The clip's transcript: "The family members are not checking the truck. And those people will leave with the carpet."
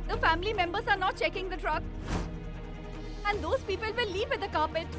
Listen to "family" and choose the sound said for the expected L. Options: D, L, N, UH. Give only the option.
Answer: L